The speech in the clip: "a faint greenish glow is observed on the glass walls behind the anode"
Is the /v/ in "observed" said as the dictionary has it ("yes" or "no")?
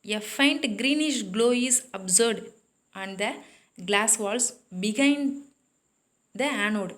no